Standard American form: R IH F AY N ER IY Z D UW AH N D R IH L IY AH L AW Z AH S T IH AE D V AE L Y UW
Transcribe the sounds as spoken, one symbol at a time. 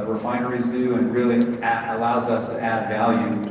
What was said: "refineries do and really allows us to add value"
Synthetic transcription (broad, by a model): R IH F AY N ER IY Z D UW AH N R IH L IY AH L AW Z AH S T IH AE D V AE L Y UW